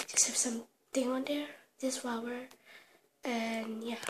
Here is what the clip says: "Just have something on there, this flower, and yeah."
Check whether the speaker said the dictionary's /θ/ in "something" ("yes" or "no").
no